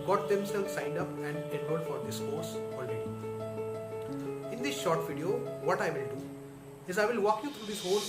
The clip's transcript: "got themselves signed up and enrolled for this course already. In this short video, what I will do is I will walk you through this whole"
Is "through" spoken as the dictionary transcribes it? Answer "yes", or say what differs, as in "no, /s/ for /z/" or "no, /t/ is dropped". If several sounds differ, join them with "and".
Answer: no, /t/ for /θ/